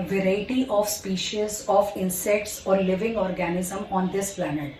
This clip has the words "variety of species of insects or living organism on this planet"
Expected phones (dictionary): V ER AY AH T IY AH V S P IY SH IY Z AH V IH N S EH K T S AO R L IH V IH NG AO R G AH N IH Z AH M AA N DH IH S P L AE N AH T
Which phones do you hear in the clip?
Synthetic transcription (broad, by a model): V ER AY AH T IY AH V S P IY SH IY Z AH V IH N S EH K T S AO R L IH V IH NG AO R G AH N IH Z AH M AA N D IH S P L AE N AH T